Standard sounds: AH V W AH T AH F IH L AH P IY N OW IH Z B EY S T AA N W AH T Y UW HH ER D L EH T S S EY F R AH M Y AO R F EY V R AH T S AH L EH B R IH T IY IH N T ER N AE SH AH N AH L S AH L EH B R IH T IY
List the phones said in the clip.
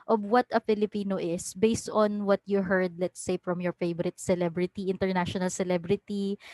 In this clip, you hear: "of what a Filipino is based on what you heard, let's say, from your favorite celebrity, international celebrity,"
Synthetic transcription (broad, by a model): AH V W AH T AH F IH L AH P IY N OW IH S B EY S T AA N W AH T Y UW HH ER D L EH T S S EY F R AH M Y AO R F EY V R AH T S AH L EH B R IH T IY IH N T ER N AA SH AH N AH L S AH L EH B R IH T IY